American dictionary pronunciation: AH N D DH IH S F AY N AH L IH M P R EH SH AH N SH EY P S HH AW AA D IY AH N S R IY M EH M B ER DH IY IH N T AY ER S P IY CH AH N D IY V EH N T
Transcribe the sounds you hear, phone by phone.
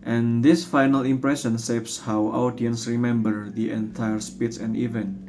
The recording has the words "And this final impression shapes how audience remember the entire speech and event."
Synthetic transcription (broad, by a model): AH N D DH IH S F AY N AH L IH M P R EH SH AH N S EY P S HH AW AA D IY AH N S R IY M EH M B ER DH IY IH N T AY ER S P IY S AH N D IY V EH N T